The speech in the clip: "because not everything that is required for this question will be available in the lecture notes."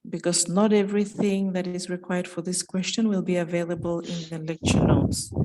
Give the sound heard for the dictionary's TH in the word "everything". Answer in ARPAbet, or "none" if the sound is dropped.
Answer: TH